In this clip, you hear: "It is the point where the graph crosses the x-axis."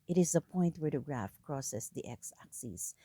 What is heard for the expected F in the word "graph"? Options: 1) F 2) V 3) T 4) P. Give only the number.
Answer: 1